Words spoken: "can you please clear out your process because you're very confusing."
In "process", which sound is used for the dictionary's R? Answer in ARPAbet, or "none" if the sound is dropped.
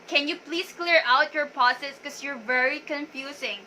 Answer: none